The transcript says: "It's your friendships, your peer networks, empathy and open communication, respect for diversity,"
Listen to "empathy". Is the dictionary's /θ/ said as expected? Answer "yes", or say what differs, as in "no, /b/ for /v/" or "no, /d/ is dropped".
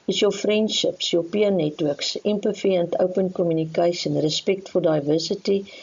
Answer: no, /f/ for /θ/